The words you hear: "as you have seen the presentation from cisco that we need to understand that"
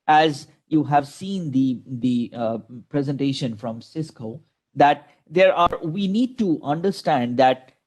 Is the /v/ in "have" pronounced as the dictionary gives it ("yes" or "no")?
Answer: yes